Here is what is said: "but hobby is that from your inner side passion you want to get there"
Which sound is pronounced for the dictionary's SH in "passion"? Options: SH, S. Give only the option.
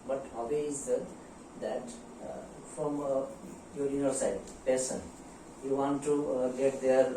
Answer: S